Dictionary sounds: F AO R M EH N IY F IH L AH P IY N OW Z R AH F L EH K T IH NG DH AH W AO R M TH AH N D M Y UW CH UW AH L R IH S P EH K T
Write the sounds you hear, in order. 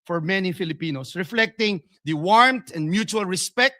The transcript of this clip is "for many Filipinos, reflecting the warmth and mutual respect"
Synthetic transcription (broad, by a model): F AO R M EH N IY F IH L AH P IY N OW S R AH F L EH K T IH NG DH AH W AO R M T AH N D M Y UW CH UW AH L R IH S P EH K T